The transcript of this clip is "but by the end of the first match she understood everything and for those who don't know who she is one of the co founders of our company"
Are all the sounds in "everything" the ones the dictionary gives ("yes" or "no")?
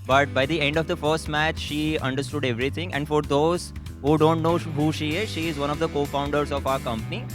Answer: no